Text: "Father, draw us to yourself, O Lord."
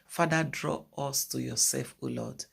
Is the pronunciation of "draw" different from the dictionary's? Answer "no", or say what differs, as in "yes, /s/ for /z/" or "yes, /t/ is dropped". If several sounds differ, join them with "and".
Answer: no